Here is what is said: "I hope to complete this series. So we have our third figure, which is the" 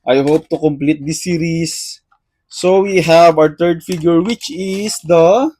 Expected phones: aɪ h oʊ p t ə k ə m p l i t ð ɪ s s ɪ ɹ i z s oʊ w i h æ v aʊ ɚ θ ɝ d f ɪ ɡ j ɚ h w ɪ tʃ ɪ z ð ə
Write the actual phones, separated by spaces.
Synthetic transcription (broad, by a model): aɪ h oʊ p t ə k ə m p l i t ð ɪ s s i ɹ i s oʊ w i h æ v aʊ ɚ t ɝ d f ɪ ɡ j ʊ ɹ w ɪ tʃ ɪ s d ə